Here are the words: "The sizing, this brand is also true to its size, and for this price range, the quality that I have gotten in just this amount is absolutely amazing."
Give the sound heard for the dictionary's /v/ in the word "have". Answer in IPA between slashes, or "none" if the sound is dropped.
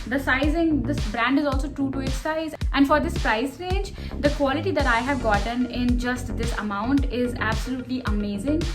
/v/